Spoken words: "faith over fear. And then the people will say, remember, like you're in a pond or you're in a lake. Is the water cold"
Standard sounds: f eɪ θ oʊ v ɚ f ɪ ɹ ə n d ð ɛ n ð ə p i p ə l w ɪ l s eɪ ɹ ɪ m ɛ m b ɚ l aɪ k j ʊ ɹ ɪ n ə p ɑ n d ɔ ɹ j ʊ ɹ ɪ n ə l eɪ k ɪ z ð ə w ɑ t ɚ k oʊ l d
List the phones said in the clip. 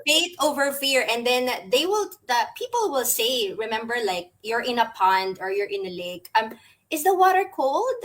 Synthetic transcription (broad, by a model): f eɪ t oʊ v ɚ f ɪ ɹ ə n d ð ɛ n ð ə p i p ə l w ɪ l s eɪ ɹ ɪ m ɛ m b ɚ l aɪ k j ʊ ɹ ɪ n ə p ɑ n d ɔ ɹ j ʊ ɹ ɪ n ə l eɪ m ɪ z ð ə w ɑ t ɚ k oʊ l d